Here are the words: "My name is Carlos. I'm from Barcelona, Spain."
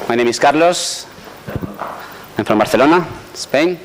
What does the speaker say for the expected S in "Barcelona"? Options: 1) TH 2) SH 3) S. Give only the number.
1